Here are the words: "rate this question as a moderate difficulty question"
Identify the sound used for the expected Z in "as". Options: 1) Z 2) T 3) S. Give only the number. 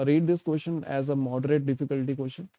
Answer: 1